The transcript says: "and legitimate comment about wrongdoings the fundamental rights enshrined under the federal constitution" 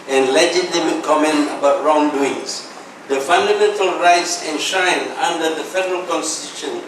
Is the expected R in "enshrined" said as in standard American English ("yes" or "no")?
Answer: no